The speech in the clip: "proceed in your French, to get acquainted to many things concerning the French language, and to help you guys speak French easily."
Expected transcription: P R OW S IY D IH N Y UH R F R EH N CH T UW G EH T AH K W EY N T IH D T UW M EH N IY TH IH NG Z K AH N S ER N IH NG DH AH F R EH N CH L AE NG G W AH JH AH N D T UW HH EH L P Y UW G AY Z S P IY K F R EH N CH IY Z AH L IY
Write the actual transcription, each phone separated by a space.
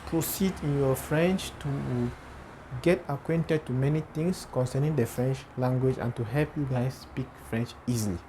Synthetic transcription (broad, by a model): P R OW S IY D IH N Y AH F R EH N CH T UW G EH T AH K W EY N T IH D T UW M EH N IY T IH NG S K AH N S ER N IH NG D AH F R EH N CH L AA NG G W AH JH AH N T UW HH EH L P Y UW G AY S P IY K F R EH N CH IY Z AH L IY